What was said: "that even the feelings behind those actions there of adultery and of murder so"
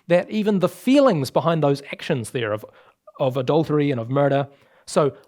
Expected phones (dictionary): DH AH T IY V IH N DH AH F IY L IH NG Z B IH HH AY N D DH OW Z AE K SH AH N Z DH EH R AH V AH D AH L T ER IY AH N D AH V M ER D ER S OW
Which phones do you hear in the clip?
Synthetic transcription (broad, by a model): DH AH T IY V IH N DH AH F IY L IH NG Z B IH HH AY N DH OW Z AE K SH AH N Z DH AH R AH V AH D AH L T ER IY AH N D AH V M ER D ER S OW